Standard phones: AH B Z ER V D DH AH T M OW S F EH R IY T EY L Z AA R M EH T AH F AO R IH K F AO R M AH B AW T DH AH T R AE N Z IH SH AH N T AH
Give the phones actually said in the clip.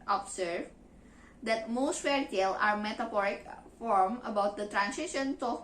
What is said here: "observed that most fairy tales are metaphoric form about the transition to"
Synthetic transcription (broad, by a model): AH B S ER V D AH T M OW S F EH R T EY L AA R M EH T AH F AO R IH K F AO R M AH B AW T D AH T R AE N S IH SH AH N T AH